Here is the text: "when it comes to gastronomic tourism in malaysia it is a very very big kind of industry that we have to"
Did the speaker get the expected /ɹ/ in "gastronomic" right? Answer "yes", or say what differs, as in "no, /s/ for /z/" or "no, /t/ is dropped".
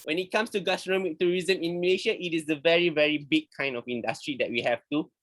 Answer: no, /ɹ/ is dropped